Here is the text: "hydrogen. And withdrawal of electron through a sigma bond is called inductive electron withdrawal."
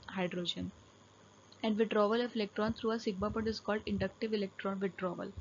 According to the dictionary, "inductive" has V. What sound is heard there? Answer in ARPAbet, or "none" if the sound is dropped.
V